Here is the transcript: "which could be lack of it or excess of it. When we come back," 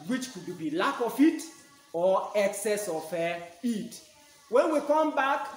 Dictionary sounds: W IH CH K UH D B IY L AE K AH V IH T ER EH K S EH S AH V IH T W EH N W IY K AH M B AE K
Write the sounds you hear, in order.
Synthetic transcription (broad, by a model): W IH CH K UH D B IY L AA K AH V IH T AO EH K S EH S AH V IH T W EH N W IY K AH M B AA K